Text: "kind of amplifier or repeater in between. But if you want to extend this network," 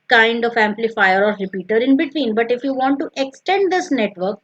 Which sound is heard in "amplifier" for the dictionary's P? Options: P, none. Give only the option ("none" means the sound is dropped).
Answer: P